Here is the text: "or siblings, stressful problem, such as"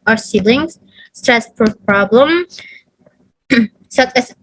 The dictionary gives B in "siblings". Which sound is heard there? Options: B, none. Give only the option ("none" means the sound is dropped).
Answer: none